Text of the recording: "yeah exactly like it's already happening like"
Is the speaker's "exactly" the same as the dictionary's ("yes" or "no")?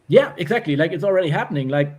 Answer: yes